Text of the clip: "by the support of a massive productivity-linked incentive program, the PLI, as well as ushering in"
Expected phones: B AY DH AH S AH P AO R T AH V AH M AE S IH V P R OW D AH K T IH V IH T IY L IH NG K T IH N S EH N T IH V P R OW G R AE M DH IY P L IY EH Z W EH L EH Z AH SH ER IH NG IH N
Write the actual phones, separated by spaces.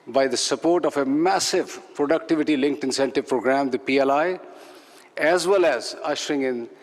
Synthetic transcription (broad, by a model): B AY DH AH S AH P AO R T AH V AH M AE S IH V P R OW D AH K T IH V IH T IY L IH NG K T IH N S EH N T IH V P R OW G R AE M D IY P L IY EH Z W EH L EH Z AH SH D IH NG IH N